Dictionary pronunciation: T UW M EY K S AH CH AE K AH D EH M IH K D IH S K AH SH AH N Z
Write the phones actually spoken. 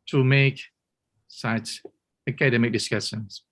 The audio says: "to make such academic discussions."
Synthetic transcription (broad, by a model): T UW M EY K S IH S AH K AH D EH M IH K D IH S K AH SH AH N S